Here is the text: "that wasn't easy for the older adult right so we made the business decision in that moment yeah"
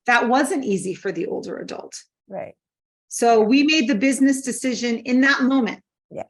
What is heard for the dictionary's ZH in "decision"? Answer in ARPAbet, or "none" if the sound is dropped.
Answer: ZH